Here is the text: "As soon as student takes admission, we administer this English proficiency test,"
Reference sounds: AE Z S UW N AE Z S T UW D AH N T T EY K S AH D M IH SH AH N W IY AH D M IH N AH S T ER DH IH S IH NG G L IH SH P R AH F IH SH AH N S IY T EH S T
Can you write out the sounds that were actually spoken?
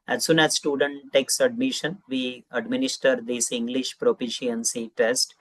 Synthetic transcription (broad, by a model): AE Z S UW N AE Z S T UW D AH N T T EY K S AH D M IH SH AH N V IY AH D M IH N AH S T ER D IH S IH NG G L IH SH P R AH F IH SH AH N S IY T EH S T